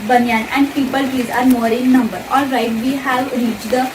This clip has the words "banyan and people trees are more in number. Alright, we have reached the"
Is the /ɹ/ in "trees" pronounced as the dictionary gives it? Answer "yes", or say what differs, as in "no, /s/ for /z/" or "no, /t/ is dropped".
no, /ɹ/ is dropped